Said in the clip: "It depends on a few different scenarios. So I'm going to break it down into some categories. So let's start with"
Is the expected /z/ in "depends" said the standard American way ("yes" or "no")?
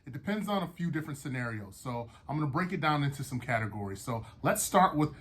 yes